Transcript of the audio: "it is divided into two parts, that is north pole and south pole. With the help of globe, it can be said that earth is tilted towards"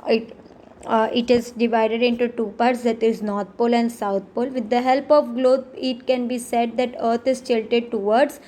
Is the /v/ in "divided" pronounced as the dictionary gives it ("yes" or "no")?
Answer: yes